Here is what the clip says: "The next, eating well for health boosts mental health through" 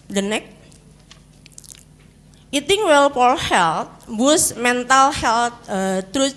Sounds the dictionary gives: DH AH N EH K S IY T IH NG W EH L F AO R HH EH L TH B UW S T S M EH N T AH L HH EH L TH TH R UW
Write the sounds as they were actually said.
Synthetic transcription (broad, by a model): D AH N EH K IY T IH NG W EH L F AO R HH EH L T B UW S S M EH N T AH L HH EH L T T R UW